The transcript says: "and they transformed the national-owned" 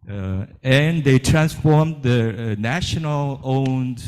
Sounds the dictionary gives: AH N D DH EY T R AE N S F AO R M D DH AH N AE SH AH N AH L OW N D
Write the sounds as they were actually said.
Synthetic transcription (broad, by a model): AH N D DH EY T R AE N S F AO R M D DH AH N AE SH AH N AH L OW N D